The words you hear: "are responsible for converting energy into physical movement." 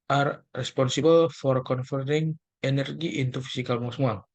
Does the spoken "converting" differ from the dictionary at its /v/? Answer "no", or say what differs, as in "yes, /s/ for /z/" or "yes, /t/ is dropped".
yes, /f/ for /v/